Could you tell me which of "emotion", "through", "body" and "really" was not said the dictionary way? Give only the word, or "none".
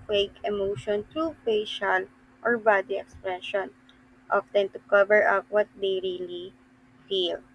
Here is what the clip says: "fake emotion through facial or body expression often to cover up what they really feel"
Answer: through